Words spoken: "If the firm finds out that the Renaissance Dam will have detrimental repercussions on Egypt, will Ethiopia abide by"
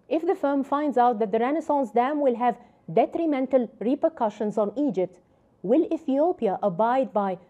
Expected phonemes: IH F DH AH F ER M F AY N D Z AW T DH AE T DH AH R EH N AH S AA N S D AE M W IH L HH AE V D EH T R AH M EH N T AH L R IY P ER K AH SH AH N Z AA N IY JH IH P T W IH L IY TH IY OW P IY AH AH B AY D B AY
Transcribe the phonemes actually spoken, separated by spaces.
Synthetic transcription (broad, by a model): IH F DH AH F ER M F AY N D Z AW T DH AE T DH AH R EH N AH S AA N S D AE M W IH L HH AE V D EH T R AH M EH N T AH L R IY P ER K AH SH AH N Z AA N IY JH IH P T W IH L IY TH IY OW P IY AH AH B AY D B AY